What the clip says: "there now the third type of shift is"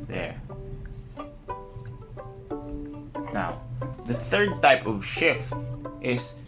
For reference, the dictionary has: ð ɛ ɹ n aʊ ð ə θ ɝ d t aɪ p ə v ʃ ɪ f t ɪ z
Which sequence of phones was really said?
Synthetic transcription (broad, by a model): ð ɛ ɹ n aʊ ð ə θ ɝ d t aɪ p ə v ʃ ɪ f t ɪ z